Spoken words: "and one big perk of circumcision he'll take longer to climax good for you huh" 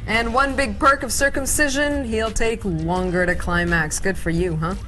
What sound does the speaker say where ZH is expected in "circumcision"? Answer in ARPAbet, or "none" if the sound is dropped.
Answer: ZH